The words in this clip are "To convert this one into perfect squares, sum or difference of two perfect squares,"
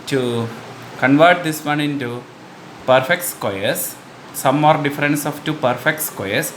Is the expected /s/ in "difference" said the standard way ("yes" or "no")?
yes